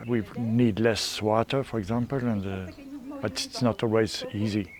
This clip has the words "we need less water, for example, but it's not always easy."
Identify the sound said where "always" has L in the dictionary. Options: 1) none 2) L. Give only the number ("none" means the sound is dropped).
2